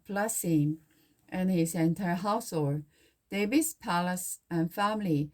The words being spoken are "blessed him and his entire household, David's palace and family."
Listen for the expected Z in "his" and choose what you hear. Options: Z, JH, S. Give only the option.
S